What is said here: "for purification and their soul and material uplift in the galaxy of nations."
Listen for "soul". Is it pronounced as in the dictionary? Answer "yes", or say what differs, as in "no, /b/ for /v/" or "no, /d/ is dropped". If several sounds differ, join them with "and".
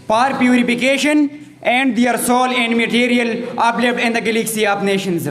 yes